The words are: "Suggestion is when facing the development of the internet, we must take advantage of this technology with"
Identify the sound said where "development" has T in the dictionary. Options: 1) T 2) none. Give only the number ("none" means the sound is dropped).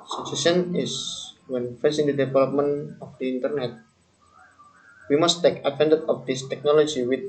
2